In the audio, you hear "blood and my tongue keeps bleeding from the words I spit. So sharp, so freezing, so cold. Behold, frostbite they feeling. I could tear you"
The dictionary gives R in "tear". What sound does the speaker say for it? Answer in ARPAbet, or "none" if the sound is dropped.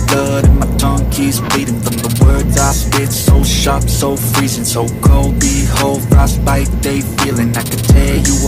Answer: L